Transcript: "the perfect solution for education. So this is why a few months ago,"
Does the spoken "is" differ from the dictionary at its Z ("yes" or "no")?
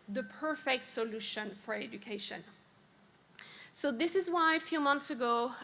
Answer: no